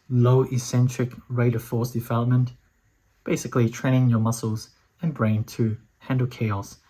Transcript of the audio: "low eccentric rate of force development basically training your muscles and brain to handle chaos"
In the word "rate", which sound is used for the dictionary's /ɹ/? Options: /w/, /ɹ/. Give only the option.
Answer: /ɹ/